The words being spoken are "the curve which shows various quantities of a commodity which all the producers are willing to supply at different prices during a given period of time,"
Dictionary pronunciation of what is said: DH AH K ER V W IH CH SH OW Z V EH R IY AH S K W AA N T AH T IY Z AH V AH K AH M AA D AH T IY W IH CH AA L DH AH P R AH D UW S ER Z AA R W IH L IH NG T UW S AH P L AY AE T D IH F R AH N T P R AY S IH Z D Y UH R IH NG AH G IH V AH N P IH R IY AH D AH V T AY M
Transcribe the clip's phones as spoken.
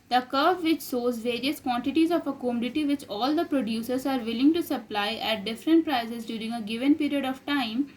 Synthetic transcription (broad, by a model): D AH K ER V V IH CH S OW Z V EH R IY AH S K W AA N T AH T IY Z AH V AH K AH M AA D AH T IY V IH CH AA L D AH P R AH D UW S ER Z AA R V IH L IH NG T UW S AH P L AY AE T D IH F R AH N T P R AY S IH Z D Y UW R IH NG AH G IH V AH N P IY R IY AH D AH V T AY M